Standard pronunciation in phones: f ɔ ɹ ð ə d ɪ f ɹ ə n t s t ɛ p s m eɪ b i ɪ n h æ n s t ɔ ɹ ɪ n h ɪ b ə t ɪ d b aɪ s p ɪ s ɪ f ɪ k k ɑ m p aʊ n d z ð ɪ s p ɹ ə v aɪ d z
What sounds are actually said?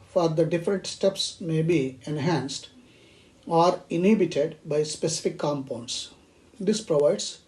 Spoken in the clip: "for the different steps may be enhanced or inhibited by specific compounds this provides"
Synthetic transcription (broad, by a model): f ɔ ɹ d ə d ɪ f ɹ ə n t s t ɛ p s m eɪ b i ɪ n h æ n s t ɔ ɹ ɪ n h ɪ b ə t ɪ d b aɪ s p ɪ s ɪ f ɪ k k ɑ m p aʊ n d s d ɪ s p ɹ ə v aɪ d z